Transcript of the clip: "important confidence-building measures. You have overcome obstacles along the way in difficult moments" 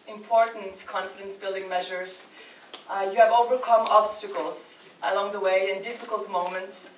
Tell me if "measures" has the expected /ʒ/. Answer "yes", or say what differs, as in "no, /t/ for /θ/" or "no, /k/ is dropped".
yes